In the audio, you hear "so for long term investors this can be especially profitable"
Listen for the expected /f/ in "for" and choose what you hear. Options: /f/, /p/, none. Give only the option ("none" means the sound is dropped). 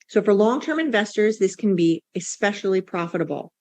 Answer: /f/